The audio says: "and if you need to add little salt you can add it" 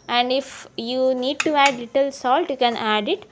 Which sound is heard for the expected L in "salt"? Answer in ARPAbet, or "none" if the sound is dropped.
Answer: L